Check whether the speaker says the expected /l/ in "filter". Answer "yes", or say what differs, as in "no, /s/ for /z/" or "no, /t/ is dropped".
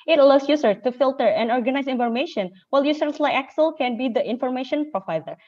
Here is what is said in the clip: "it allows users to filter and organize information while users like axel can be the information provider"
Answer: yes